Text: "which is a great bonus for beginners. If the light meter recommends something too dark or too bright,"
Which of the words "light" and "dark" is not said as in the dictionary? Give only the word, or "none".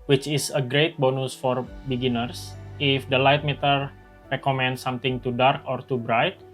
none